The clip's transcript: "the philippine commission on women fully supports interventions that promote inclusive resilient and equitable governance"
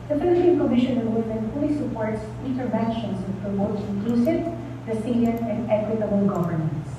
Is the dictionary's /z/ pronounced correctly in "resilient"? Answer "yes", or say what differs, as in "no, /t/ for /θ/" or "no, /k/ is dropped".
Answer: no, /s/ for /z/